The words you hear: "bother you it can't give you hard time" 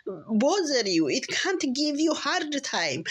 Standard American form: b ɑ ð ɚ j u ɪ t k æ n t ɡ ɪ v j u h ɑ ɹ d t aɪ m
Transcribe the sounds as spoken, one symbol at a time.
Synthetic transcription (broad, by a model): b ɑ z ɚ j u ɪ t k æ n t ɡ ɪ v j u h ɑ ɹ d t aɪ m